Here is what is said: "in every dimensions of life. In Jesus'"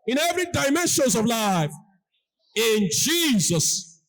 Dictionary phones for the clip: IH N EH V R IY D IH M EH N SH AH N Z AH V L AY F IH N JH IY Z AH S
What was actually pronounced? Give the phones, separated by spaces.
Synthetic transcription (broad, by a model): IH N EH V R IY D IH M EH N SH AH N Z AH V L AY F IH N JH IY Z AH S